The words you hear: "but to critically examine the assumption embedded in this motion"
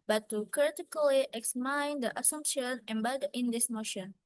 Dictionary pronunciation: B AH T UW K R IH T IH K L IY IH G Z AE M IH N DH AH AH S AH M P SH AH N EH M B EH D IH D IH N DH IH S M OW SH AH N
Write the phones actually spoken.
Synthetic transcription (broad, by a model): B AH T UW K R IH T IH K L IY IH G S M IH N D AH AH S AH M P SH AH N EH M B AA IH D IH N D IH S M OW SH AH N